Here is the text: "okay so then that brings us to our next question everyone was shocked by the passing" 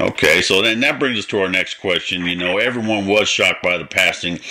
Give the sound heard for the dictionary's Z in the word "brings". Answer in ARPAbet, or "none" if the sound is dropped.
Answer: Z